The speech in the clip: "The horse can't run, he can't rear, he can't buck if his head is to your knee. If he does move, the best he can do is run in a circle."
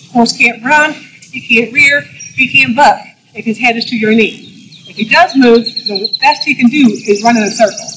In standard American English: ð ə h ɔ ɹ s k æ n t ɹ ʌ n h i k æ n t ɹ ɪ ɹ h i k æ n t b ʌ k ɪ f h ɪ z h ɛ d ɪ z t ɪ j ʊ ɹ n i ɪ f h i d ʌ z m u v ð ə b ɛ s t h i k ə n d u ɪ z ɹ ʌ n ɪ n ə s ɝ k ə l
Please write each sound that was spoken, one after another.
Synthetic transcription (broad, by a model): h ɔ ɹ s k æ n t ɹ ʌ n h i k æ n t ɹ ɪ ɹ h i k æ n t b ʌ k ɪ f h ɪ z h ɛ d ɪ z t ɪ j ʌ ɹ n i ɪ f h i d ʌ z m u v ð ə b ɛ s t h i k ə n d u ɪ z ɹ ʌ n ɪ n ə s ɝ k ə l